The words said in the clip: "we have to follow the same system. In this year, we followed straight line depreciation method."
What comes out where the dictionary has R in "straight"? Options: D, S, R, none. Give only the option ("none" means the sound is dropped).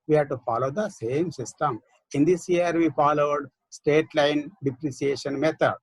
none